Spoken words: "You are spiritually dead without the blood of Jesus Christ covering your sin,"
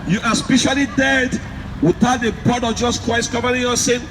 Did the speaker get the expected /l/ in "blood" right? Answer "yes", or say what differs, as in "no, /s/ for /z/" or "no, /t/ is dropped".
no, /l/ is dropped